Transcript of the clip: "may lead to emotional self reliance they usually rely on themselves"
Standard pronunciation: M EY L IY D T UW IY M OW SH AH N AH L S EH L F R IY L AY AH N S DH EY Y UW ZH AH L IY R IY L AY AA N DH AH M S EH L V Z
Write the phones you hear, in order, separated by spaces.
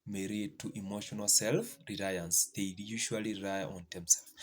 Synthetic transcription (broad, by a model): M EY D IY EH T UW IY M OW SH AH N AH L S EH L F R IY L AY AH N S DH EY Y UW SH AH IY L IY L AY AA N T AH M S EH L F